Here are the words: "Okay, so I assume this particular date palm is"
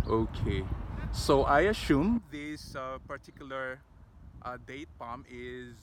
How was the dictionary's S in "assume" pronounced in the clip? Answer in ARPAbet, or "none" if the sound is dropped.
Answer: SH